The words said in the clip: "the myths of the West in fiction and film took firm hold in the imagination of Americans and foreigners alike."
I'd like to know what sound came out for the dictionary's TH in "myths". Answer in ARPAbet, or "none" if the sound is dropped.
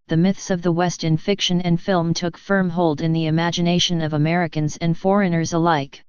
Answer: TH